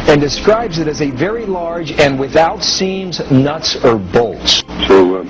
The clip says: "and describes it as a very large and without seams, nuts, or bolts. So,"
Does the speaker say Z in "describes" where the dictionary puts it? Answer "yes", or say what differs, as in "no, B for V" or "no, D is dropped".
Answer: yes